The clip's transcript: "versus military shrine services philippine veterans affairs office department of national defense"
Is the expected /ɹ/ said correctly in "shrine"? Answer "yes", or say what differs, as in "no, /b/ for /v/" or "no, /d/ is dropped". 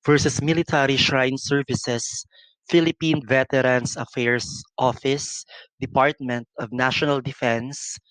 yes